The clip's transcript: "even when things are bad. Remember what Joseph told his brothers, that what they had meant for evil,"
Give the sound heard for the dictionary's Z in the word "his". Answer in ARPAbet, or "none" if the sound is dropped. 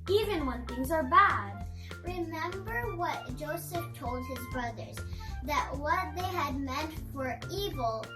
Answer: Z